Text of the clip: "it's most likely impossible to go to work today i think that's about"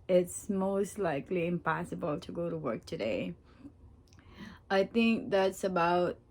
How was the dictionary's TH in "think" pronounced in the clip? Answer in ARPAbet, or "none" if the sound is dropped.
TH